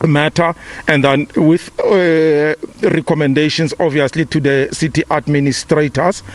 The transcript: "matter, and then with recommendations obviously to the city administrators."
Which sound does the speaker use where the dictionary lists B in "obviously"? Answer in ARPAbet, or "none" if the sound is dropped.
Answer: none